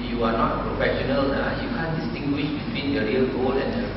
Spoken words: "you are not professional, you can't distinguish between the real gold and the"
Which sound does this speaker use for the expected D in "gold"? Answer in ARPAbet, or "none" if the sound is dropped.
none